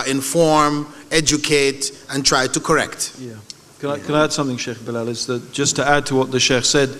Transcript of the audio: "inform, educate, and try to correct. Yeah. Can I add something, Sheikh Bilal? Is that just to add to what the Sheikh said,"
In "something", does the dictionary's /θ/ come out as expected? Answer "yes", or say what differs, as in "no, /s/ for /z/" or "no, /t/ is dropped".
yes